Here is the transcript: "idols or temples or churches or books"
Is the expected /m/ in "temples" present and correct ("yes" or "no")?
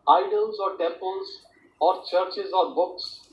no